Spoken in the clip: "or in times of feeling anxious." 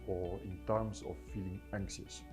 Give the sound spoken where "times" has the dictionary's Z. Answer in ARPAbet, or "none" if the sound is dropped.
S